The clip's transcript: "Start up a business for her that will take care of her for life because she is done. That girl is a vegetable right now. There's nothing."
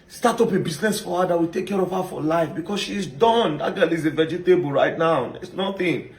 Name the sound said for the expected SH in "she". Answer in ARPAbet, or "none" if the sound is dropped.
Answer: SH